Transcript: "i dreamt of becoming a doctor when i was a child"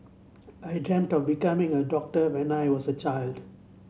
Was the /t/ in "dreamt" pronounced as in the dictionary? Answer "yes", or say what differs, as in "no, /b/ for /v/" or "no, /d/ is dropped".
yes